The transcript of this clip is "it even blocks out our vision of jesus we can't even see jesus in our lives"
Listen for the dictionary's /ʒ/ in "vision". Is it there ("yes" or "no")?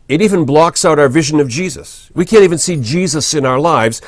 yes